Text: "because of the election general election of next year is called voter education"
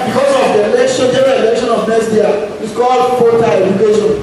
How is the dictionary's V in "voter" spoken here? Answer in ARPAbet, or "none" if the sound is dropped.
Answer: F